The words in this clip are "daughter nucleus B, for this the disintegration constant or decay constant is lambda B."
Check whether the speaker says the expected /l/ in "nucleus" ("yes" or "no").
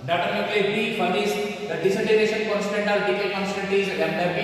no